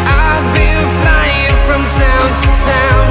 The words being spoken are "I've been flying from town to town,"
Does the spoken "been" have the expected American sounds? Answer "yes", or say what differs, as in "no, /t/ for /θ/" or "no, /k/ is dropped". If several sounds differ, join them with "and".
no, /l/ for /n/